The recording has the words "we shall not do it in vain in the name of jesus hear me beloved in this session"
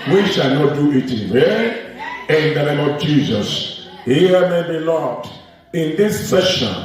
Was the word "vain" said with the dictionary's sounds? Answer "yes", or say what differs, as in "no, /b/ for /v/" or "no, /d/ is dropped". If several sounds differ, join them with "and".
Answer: no, /n/ is dropped